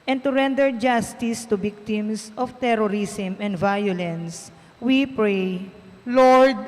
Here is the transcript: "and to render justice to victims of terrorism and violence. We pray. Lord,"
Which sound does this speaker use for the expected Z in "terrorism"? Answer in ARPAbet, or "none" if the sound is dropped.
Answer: S